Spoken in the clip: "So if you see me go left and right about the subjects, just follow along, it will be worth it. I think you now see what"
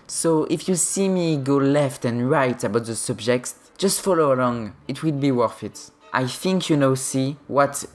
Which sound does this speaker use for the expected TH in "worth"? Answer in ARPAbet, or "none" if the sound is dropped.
F